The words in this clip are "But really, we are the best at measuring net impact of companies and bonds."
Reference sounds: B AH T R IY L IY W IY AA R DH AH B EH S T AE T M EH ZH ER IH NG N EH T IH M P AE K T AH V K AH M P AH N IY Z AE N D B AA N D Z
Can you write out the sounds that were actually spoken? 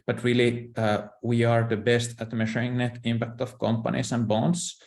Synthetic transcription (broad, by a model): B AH T R IY L IY W IY AA R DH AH B EH S T AE T M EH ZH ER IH NG N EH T IH M P AE K T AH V K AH M P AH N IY S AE N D B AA N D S